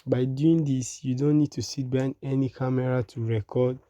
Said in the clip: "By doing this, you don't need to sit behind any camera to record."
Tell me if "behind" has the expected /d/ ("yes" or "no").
no